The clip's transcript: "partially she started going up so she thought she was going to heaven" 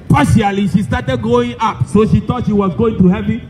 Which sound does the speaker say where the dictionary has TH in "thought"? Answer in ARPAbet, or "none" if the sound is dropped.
T